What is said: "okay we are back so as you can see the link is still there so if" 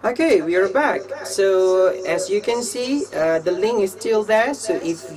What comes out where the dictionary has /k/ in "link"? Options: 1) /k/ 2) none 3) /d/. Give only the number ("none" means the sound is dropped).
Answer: 2